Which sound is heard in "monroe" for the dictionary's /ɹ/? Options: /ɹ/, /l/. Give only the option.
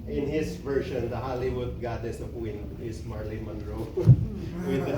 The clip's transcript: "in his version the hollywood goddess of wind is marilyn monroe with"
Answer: /ɹ/